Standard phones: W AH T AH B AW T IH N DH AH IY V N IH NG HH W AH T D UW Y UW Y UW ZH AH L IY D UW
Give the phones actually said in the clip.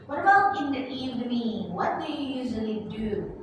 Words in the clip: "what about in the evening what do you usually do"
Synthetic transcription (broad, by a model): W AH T AH B AW T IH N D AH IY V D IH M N W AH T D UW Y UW Y UW ZH AH L IY D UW